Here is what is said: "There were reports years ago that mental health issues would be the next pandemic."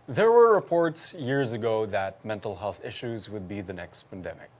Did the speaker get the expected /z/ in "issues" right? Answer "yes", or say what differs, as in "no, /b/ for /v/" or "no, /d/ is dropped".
yes